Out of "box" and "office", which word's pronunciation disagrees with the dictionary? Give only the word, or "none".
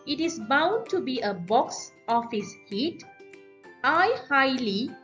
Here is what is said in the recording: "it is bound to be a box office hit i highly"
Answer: none